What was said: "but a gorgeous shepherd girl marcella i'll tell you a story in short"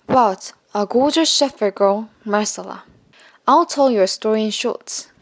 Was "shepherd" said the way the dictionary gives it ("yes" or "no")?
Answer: no